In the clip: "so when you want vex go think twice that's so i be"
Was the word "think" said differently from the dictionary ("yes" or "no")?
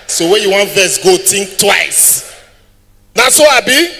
yes